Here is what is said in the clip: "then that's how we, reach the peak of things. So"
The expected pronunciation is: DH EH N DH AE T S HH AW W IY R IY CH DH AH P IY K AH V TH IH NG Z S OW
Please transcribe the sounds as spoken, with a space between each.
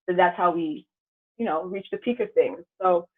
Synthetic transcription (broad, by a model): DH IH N DH AE T S HH AW W IY R IY CH DH AH P IY K AH V TH IH NG Z S OW